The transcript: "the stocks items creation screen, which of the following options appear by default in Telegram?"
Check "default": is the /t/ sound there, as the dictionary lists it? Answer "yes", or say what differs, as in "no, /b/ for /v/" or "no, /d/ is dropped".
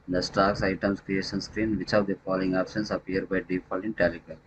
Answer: no, /t/ is dropped